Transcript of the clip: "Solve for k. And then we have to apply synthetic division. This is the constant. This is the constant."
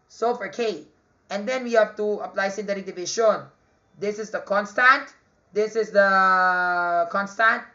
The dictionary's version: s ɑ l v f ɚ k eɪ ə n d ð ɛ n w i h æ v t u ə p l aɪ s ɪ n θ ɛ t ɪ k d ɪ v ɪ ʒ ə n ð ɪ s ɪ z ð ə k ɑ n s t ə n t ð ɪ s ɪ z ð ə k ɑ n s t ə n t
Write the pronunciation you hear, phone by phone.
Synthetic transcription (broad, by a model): s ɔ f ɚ k eɪ ə n d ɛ n w i h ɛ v t u ə p l aɪ s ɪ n t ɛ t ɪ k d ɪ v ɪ ʃ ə n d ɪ s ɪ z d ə k ɑ n s t ə n t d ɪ s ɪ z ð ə k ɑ n s t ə n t